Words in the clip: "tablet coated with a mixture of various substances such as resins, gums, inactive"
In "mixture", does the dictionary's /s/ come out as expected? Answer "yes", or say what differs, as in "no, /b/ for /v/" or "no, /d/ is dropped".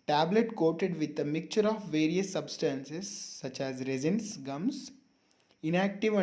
no, /s/ is dropped